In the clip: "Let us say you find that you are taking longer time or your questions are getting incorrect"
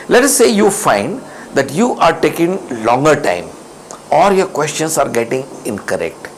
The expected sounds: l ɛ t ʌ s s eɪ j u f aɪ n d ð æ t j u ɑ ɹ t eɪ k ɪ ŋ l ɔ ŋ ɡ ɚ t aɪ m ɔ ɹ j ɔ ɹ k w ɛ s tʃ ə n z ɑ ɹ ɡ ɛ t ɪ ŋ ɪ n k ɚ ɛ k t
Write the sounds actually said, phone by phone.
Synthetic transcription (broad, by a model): l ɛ t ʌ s s eɪ j u f aɪ n d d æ t j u ɑ ɹ t eɪ k ɪ ŋ l ɔ ŋ ɡ ɚ t aɪ m ɔ l j ɔ ɹ k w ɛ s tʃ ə n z ɑ ɹ ɡ ɛ t ɪ ŋ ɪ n k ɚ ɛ k t